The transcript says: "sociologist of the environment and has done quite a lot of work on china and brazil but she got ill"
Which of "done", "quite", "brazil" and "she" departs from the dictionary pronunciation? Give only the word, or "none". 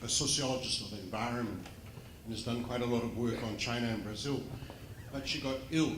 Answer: none